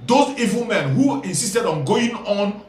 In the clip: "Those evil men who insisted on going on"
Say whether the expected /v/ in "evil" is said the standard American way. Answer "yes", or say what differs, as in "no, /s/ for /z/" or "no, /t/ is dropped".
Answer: yes